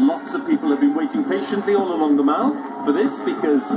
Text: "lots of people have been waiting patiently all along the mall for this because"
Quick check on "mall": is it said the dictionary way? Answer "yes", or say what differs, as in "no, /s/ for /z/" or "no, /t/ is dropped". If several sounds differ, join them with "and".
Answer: no, /n/ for /l/